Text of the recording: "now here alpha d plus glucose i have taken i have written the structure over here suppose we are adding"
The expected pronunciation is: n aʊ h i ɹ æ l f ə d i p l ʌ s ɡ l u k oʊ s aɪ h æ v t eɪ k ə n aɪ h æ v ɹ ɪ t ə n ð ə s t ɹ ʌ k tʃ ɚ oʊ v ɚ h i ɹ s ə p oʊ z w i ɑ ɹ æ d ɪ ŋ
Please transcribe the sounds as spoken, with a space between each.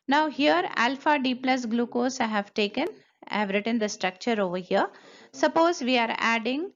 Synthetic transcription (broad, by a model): n aʊ h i ɹ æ l f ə d i p l ʌ s ɡ l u k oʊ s aɪ h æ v t eɪ k ə n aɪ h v ɹ ɪ t ə n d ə s t ɹ ʌ k tʃ ɚ oʊ v ɚ h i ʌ s ə p oʊ z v i ɑ ɹ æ d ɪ ŋ